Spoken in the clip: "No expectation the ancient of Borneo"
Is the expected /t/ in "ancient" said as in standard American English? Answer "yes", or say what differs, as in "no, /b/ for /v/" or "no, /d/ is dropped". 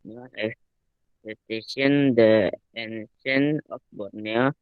no, /t/ is dropped